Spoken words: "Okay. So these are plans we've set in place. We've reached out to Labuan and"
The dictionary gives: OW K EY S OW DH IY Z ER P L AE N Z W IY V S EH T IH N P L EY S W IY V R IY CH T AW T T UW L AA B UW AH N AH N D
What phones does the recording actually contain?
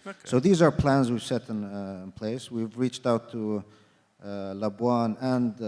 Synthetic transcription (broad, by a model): S OW DH IY Z ER P L AE N Z W IY V S EH T IH N P L EY S W IY V R IY CH T AW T T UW L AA B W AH N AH N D